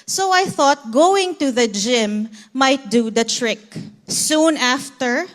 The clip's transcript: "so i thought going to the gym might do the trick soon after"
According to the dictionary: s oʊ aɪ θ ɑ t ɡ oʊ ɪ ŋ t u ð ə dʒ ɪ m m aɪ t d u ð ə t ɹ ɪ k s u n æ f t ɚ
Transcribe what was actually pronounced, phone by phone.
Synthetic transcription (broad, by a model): s oʊ aɪ θ ɑ t ɡ oʊ ɪ ŋ t u ð ə dʒ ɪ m m aɪ t d u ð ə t ɹ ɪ k s u n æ f t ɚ